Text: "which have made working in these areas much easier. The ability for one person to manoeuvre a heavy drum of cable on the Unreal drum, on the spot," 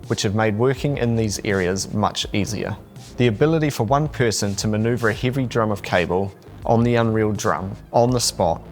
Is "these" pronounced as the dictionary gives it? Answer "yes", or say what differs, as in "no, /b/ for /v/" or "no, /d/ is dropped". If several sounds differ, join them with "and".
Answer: yes